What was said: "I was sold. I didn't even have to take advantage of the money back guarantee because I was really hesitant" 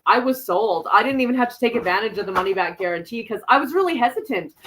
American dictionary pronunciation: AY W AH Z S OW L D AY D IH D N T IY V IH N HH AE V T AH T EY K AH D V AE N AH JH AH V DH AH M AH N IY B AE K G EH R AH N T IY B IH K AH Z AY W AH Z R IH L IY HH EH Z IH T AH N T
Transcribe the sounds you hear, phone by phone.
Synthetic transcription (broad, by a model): AY W AH Z S OW L D AY D IH D N T IY V IH N HH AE F T AH T EY K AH D V AE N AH JH AH V DH AH M AH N IY B AE K G EH R AH N T IY K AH Z AY W AH Z R IH L IY HH EH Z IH T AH N T